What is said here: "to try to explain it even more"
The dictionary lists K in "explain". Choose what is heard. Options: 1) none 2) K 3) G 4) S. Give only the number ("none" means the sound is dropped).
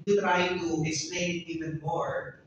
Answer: 1